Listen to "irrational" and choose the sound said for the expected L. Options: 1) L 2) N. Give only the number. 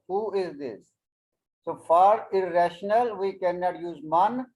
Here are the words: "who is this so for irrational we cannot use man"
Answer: 1